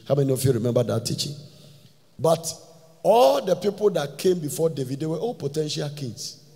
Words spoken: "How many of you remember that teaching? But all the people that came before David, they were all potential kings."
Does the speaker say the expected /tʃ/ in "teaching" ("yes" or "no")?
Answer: yes